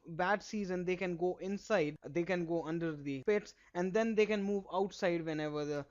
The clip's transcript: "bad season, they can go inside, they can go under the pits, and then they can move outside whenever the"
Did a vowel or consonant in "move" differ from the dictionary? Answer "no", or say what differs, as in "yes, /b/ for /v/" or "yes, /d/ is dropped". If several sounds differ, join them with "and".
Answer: no